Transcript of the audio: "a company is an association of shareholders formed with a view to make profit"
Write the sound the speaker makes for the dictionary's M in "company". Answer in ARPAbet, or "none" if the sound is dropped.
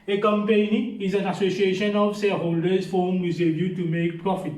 M